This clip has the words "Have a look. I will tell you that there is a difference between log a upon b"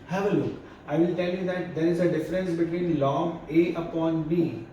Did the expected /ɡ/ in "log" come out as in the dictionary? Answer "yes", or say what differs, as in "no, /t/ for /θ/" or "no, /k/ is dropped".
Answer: no, /ɡ/ is dropped